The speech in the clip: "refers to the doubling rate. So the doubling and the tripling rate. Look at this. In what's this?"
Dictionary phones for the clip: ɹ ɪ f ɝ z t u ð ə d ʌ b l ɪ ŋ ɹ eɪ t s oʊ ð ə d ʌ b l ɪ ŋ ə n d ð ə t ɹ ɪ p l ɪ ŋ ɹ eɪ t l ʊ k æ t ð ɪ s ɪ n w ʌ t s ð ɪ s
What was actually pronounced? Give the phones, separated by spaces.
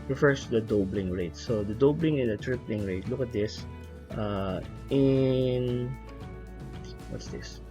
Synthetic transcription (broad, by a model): ɹ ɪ f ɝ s t u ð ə d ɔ b l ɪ ŋ ɹ eɪ t s oʊ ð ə d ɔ b l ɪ ŋ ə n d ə t ɹ ɪ p l ɪ ŋ ɹ eɪ t l ʊ k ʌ t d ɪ s ɪ n w ʌ t s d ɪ s